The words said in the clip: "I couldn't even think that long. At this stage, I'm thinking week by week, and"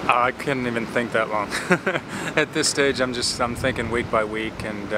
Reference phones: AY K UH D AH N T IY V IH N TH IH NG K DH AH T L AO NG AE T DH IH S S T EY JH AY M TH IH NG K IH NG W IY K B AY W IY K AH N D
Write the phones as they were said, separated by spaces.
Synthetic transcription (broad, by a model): AY K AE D N T IY V IH N TH IH NG K DH AH T L AO NG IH T DH IH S S T EY JH AY M TH IH NG K IH NG W IY K B AY W IY K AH N